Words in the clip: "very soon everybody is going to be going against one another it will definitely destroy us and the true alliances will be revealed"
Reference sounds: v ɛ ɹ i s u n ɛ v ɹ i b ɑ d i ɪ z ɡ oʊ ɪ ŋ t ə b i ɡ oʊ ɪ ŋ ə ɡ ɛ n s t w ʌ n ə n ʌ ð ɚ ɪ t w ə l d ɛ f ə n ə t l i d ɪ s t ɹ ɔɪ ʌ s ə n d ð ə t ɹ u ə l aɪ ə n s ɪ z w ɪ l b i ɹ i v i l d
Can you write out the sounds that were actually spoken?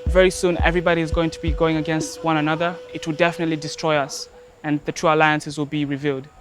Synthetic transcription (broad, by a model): v ɛ ɹ i s u n ɛ v ɹ i b ɑ d i ɪ z ɡ oʊ ɪ ŋ t ə b i ɡ oʊ ɪ ŋ ə ɡ ɛ n s t w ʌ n ə n ʌ ð ɚ ɪ t w ə l d ɛ f ə n ə t l i d ɪ s t ɹ ɔɪ ʌ s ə n ð ə t ɹ u ə l aɪ ə n s ɪ z w ɪ l b i ɹ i v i l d